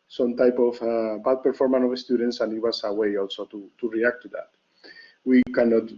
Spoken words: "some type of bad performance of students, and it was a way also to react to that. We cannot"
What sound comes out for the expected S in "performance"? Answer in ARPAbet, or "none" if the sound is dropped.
none